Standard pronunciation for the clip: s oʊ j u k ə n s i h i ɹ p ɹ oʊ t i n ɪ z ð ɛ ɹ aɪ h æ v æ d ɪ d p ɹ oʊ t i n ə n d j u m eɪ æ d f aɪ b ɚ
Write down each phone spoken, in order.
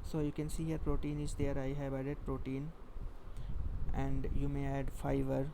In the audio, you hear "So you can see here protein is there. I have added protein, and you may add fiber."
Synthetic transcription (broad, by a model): s oʊ j u k ə n s i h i ɹ p ɹ oʊ t i n ɪ z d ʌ ɹ aɪ h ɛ b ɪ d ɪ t p ɹ oʊ t i n ə n d j u m eɪ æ d f aɪ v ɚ